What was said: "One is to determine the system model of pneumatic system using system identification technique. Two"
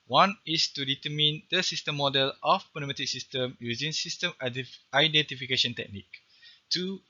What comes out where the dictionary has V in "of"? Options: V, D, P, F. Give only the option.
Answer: P